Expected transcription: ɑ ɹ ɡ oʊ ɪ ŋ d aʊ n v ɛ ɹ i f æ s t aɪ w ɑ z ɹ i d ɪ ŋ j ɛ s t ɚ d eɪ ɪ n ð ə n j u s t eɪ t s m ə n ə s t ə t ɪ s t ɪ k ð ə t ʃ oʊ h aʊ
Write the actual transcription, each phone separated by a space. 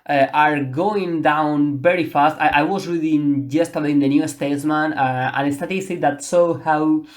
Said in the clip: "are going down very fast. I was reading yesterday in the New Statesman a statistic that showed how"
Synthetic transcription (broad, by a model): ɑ ɹ ɡ oʊ ɪ ŋ d aʊ n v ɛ ɹ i f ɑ s t aɪ w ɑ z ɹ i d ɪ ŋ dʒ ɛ s t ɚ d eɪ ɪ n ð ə n j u s t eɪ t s m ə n ə s t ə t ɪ s t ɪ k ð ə t s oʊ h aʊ